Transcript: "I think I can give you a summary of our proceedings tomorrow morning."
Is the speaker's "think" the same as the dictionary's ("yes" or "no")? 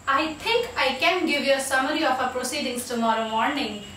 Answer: no